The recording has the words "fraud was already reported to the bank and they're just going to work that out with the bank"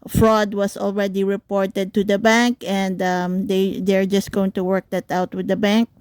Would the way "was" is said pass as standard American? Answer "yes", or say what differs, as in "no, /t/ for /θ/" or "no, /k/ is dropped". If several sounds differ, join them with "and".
no, /s/ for /z/